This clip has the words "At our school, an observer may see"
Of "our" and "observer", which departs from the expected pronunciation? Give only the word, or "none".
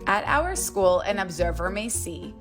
none